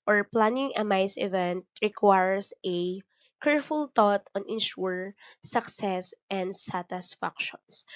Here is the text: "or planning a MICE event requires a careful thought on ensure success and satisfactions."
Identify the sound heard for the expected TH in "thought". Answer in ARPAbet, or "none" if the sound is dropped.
T